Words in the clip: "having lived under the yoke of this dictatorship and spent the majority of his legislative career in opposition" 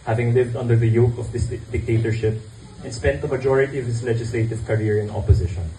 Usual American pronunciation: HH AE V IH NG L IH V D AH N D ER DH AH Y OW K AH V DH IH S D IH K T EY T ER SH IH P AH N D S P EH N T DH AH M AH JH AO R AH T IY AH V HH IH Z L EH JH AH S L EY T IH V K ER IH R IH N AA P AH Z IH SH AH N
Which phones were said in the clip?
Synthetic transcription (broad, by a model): HH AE V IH NG L IH V D AH N D ER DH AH Y OW K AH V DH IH S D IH K T EY T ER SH IH P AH N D S P EH N T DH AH M AH JH AO R AH T IY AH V HH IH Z L EH JH AH S L EY T IH V K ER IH R IH N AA P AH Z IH SH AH N